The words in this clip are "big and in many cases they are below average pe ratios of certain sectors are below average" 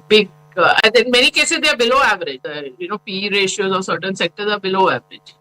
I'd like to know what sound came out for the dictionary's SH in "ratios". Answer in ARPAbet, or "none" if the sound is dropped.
SH